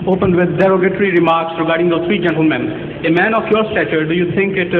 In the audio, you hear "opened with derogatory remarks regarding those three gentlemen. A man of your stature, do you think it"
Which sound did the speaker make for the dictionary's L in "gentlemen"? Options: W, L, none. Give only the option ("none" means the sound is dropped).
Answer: L